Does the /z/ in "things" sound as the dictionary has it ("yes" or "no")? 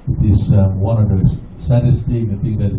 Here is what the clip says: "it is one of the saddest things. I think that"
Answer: no